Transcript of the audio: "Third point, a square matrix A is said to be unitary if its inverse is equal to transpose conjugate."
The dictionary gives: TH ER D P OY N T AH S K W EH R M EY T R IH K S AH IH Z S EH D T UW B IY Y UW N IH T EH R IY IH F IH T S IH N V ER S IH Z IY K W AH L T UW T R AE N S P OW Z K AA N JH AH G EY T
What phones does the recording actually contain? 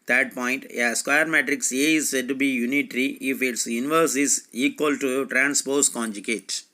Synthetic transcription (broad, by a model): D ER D P OY N T AH S K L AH R M EY T R IH K S AH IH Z S EH D T UW B IY Y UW N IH T R IY IH F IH T S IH N V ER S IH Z IY K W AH L T UW T R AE N S P OW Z K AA N JH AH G EY T